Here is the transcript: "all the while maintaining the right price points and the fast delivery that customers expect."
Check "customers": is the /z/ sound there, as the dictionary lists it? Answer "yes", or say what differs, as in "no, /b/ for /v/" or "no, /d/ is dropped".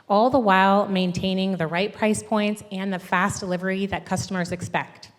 yes